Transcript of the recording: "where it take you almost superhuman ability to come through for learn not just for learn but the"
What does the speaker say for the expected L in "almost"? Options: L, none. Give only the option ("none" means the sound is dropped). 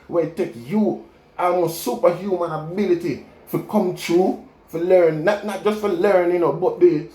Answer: none